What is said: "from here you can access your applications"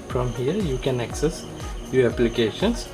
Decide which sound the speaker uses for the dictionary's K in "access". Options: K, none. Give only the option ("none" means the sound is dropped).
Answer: K